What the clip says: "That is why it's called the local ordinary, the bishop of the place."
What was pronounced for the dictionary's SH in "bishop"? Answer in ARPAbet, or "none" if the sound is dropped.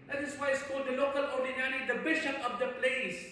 SH